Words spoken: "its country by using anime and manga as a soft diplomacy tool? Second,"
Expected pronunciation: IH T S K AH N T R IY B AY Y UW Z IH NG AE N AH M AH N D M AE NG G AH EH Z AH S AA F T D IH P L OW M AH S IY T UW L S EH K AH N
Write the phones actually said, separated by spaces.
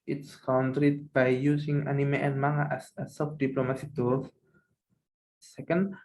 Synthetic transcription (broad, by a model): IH T S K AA N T R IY B AY Y UW S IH NG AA N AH M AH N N M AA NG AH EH S AH S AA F D IH P L OW M AH S IY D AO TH S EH K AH N